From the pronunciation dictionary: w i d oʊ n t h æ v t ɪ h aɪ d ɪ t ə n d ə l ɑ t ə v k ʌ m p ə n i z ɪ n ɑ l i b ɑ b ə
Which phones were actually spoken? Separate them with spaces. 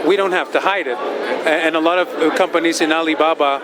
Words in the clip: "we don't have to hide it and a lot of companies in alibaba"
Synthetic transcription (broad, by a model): w i d oʊ n t h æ f t ɪ h aɪ d ɪ t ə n ə l ɑ t ə v k ʌ m p ə n i z ɪ n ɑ l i b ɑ b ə